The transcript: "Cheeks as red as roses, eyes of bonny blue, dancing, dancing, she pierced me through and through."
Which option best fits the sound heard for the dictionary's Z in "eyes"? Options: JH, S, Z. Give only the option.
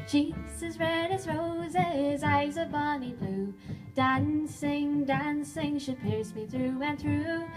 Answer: Z